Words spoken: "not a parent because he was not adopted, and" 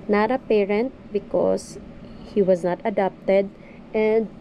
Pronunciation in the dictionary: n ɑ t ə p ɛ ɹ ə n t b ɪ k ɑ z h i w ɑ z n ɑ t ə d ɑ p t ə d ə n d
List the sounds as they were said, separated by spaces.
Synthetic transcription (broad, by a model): n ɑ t ə p ɛ ɹ ə n t b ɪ k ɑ s h i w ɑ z n ɑ t ə d ɑ p t ə d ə n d